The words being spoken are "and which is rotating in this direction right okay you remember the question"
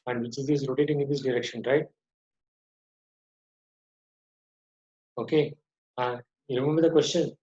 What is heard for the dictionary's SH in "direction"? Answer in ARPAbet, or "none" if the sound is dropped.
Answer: SH